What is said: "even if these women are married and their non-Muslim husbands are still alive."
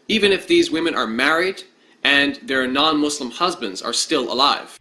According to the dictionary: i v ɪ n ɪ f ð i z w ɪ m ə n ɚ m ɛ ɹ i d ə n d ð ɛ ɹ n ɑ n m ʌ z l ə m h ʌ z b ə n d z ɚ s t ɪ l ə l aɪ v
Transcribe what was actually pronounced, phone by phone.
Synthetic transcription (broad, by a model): i v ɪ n ɪ f ð i z w ɪ m ə n ɚ m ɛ ɹ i d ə n ð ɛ ɹ n ɑ n m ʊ s l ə m h ʌ z b ə n d z ɚ s t ɪ l ə l aɪ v